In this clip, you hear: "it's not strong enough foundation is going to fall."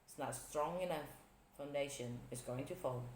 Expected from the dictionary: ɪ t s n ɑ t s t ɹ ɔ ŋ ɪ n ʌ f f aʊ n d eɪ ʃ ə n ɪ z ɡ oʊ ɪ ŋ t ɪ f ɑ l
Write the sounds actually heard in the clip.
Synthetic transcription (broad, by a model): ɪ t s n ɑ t s t ɹ ɔ ŋ ɪ n ʌ f f aʊ n d eɪ ʃ ə n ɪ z ɡ oʊ ɪ ŋ t ɪ f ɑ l